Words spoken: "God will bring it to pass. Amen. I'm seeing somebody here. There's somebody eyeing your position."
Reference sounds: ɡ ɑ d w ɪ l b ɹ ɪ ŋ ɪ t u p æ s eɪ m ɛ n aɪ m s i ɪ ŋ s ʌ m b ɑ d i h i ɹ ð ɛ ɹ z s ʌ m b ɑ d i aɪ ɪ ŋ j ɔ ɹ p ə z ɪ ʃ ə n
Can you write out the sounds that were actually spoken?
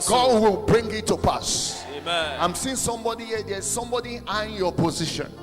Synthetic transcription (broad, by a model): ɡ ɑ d w ɪ l b ɹ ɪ ŋ ɪ t u p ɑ s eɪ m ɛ aɪ m s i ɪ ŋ s ʌ m b ɑ d i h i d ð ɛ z s ʌ m b ɑ d i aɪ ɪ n j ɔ p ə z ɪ ʃ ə n